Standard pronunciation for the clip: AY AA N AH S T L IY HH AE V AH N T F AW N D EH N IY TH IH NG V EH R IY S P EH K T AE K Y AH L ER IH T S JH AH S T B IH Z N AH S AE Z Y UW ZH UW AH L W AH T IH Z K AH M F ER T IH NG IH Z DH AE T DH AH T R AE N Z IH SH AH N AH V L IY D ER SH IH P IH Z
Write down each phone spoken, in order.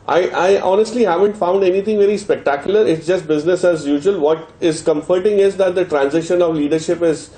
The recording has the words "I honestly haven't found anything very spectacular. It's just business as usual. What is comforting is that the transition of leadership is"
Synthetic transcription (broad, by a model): AY AA N AH S T L IY HH AE V AH N T F AW N D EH N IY T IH NG V EH R IY S P EH K T AE K Y AH L ER IH T S JH AH S T B IH Z N AH S AE Z Y UW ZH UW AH L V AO T IH Z K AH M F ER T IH NG IH Z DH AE T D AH T R AE N Z IH SH AH N AH V L IY D ER SH IH P IH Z